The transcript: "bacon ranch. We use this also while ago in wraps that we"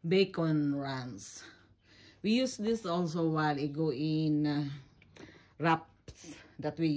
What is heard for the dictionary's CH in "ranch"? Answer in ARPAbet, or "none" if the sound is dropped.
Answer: S